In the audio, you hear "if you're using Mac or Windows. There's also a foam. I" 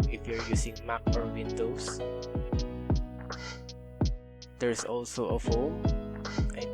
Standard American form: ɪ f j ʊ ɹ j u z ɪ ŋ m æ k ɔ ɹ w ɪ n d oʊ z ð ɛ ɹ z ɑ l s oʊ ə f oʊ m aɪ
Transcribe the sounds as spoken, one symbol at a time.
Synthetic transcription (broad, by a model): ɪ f j ʊ ɹ j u s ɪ ŋ m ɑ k ɔ ɹ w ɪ n d oʊ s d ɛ ɹ s ɑ l s oʊ ə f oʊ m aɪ